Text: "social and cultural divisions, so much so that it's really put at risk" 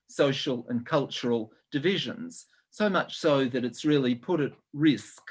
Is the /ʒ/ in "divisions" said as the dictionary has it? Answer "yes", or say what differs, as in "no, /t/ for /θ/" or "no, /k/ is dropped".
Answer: yes